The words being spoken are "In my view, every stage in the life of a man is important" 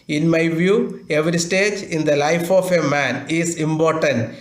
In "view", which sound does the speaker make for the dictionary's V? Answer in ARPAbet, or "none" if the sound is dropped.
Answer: V